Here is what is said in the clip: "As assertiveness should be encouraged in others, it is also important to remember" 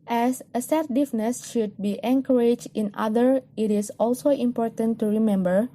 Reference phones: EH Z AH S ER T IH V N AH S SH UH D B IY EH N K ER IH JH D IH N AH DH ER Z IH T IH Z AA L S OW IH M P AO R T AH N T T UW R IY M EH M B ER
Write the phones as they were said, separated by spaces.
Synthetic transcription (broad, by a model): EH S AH S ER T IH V N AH S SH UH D B IY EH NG K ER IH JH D IH N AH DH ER IH T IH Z AA L S OW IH M P AO R T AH N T T UW R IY M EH M B ER